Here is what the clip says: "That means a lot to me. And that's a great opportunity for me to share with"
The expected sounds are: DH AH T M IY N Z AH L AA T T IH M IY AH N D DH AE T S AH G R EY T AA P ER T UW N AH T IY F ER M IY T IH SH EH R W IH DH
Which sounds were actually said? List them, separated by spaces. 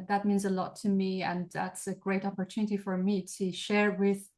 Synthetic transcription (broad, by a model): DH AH T M IY N Z AH L AA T T IH M IY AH N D DH AE T S AH G R EY T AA P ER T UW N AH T IY F ER M IY T IH SH EH R W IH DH